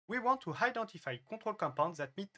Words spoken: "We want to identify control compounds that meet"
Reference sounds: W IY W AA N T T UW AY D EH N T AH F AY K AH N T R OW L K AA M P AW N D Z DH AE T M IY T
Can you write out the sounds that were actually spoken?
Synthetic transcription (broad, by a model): W IY W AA N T T UW AY D EH N T AH F AY K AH T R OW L K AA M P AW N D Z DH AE T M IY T